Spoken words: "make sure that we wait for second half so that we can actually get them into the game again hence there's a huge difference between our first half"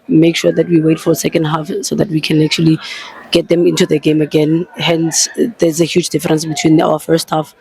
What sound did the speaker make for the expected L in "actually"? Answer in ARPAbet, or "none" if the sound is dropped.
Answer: L